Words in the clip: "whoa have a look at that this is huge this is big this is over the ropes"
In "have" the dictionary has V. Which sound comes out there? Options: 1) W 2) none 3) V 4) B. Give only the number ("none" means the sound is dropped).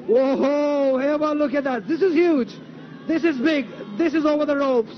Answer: 4